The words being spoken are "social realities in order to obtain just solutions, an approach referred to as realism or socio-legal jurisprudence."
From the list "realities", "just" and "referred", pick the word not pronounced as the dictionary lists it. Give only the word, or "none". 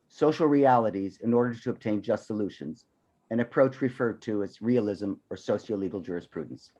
none